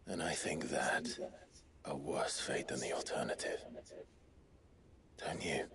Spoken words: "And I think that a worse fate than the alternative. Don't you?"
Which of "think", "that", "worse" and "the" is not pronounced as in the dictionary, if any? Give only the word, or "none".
none